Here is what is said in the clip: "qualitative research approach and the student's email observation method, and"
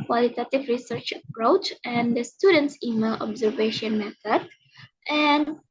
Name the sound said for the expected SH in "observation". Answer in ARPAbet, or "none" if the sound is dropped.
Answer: SH